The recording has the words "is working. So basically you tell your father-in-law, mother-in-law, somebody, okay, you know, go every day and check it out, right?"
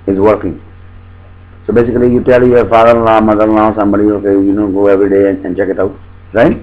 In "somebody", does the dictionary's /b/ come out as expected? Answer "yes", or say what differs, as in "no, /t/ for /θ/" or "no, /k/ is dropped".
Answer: no, /b/ is dropped